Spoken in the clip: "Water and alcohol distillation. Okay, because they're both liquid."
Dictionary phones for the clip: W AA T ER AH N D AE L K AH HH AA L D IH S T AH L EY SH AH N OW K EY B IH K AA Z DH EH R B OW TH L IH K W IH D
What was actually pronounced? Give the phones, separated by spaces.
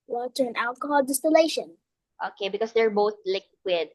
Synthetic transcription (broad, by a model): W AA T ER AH N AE L K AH HH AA L D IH S T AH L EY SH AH N OW K EY B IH K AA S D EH R B OW TH L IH K W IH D